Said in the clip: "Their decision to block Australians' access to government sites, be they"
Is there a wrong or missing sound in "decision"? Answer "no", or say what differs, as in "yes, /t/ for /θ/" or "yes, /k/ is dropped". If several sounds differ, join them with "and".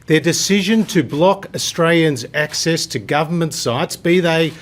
no